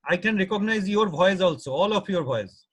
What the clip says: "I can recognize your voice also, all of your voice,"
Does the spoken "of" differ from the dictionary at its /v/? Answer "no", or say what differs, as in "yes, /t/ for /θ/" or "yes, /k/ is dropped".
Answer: yes, /p/ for /v/